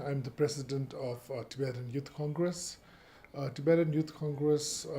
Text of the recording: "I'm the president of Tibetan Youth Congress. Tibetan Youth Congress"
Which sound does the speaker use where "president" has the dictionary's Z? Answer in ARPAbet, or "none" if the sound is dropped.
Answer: S